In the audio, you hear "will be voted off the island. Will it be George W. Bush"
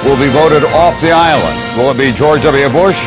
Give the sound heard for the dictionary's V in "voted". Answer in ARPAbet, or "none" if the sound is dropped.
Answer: V